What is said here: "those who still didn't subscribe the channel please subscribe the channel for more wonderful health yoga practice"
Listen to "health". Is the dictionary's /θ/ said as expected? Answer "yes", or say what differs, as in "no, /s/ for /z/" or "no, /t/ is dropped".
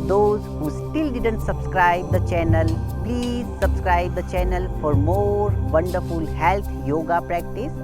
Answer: no, /t/ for /θ/